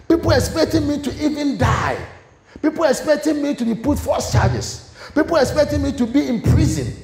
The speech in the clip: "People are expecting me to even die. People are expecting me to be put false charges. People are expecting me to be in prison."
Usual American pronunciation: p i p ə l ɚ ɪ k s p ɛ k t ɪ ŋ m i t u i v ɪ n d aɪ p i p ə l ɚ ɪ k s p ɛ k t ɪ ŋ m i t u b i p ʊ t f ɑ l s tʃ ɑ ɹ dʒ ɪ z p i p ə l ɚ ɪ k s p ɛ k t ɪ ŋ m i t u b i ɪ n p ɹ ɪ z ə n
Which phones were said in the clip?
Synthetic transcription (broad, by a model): p i p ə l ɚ ɪ k s p ɛ k t ɪ ŋ m i t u i v ɪ n d aɪ p i p ə l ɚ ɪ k s p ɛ k t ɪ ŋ m i t u b i p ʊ t f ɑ s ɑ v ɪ s p i p ə l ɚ ɪ k s p ɛ k t ɪ ŋ m i t u b i ɪ n p ɹ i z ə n